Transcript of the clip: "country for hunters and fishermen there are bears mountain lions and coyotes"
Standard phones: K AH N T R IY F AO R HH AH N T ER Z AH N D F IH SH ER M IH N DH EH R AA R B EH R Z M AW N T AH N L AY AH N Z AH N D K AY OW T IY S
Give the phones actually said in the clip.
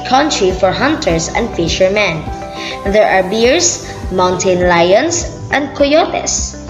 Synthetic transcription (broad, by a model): K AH N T R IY F AO R HH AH N T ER S AH N D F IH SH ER M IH N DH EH R AA R B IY R S M AW N T AH N L AY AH N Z AH N D K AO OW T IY S